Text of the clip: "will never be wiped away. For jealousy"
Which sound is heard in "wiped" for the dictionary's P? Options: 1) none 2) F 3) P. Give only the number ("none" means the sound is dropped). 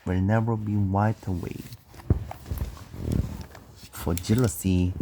1